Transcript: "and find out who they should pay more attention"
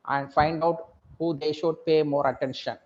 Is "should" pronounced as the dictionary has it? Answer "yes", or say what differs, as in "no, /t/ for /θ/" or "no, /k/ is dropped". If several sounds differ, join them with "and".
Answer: yes